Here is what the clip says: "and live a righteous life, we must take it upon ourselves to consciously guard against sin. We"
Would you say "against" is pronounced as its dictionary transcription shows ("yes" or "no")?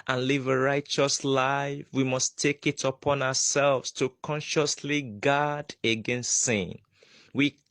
yes